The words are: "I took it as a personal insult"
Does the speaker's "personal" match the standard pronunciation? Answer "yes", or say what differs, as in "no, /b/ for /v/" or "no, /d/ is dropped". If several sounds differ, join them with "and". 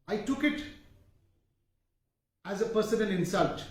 no, /n/ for /l/